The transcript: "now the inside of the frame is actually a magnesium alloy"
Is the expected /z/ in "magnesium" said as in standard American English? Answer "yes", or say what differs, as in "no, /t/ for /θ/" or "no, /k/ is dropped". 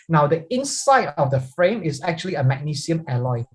no, /s/ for /z/